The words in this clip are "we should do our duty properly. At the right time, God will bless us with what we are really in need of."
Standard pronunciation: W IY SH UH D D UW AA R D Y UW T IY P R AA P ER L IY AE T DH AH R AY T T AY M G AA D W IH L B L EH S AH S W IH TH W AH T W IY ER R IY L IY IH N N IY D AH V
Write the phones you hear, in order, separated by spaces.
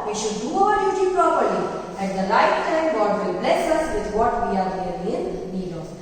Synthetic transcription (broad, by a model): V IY SH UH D D UW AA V D Y UW T IY P R AA P ER L IY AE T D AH L AY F T AY M G AA D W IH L B L EH S AH S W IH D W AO T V IY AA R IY IY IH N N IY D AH